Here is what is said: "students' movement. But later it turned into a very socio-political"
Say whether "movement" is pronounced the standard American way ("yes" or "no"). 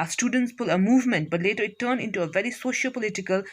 yes